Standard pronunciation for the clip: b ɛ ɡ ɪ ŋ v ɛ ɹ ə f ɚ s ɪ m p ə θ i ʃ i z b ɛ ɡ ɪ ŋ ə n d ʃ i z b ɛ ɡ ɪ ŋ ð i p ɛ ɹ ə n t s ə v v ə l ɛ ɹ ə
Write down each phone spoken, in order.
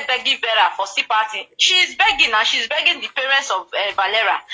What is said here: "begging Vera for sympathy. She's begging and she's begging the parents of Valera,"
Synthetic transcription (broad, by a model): b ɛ ɡ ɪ v ɛ ɹ ə f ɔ s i p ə t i ʃ i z b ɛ ɡ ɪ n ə ʃ i z b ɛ ɡ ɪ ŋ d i p ɛ ɹ ə n t s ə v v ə l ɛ ɹ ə